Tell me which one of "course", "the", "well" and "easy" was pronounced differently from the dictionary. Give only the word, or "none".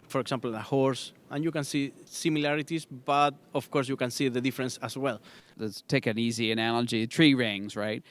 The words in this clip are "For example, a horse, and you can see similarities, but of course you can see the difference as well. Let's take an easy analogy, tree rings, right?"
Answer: none